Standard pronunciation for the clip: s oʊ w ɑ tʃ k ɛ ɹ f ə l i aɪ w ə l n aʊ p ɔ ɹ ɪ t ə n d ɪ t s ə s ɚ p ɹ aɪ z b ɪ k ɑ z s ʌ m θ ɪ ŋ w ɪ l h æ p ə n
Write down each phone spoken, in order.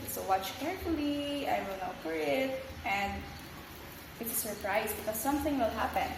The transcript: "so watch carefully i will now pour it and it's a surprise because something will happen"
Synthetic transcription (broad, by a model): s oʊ w ɑ tʃ k ɛ ɹ f ə l i aɪ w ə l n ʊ f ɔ ɹ ɪ t ə n d ɪ t s ə s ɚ p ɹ aɪ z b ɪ k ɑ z s ʌ m θ ɪ ŋ w ɪ l h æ p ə n